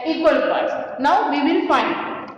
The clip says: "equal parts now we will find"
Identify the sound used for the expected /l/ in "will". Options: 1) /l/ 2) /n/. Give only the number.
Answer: 2